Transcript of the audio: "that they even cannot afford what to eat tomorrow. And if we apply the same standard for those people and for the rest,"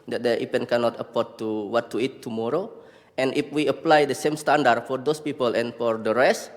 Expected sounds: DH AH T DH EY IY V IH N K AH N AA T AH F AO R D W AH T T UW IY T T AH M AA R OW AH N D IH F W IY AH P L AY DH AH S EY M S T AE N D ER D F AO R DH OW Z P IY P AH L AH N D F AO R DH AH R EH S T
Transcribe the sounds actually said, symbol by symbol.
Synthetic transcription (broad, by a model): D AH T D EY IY P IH N K AH N AA T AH P AO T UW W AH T T UW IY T T AH M AA R OW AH N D IH F W IY AH P L AY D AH S EY M S T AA N D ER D F AO R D OW S P IY P AH L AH N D F AO R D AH R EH S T